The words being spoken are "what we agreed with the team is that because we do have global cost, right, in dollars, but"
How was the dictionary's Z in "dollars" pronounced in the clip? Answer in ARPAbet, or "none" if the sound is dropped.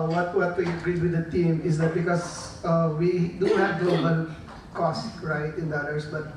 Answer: S